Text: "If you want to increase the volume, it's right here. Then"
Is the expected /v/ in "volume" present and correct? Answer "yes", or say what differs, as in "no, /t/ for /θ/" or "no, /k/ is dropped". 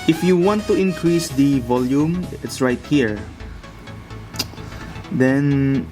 yes